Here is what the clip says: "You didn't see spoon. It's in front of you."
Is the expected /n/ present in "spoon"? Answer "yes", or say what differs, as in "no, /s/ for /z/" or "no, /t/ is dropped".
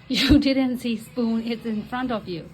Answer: yes